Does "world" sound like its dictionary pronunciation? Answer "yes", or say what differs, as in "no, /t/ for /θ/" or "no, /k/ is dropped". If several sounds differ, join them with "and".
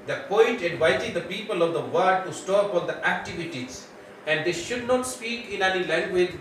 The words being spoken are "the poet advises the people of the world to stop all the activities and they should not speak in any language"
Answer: no, /l/ is dropped